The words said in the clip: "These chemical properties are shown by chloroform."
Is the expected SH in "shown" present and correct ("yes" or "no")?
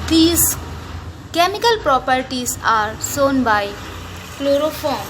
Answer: no